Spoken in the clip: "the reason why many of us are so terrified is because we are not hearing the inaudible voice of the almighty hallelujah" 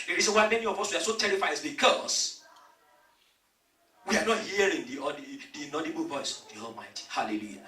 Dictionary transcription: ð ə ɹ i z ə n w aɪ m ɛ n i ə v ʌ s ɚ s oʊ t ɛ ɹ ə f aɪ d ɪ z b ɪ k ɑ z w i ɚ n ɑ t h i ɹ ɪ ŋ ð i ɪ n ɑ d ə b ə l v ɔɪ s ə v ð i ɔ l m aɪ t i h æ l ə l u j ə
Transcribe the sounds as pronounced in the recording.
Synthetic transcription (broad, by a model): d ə ɹ i z ə n w aɪ m ɛ n i ə v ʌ s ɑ s oʊ t ɛ ɹ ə f aɪ ɪ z b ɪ k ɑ s w i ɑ n ɑ t h i ɹ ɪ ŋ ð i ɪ n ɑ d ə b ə l v ɔɪ s ə v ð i ɔ l m aɪ t i h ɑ l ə l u j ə